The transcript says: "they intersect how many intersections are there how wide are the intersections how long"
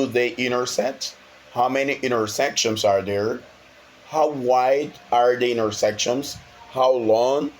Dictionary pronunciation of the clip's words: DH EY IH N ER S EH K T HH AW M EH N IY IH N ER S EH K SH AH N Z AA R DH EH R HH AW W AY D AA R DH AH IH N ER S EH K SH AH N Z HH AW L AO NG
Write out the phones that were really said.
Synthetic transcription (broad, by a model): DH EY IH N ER S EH T HH AW M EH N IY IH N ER S EH K SH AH N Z AA R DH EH R HH AW W AY D AA R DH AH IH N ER S EH K SH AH N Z HH AW L AO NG